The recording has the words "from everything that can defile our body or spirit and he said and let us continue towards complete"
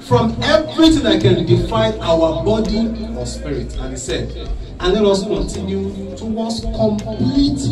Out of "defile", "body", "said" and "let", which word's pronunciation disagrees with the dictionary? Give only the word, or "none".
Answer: defile